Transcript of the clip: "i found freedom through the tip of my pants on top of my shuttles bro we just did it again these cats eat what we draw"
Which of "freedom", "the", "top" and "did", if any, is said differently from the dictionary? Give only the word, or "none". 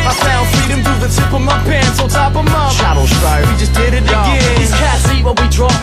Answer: freedom